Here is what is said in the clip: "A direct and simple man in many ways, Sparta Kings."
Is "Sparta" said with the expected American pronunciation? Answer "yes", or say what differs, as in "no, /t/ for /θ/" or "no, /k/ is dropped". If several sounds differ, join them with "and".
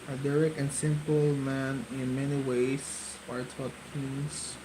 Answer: no, /p/ is dropped